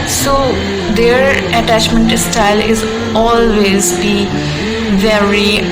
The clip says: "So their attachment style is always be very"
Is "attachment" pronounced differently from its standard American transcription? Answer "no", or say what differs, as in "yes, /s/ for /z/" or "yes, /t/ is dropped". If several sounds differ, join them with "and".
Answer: no